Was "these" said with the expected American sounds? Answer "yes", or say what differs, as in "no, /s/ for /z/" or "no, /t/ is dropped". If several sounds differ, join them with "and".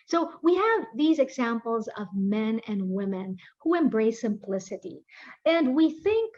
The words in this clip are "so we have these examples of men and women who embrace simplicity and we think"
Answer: yes